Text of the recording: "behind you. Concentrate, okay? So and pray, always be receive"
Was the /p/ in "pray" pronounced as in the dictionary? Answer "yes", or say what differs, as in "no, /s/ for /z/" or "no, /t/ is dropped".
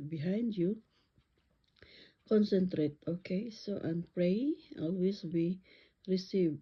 yes